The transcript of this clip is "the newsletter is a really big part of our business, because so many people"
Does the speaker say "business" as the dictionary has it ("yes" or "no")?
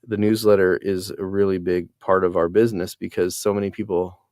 yes